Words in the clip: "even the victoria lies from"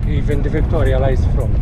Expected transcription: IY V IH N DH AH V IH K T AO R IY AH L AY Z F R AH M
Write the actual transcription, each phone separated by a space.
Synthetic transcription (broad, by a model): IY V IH N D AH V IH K T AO R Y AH L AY S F R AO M